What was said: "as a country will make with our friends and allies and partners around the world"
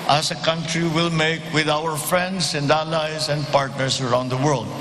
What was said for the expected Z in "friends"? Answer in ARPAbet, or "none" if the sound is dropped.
S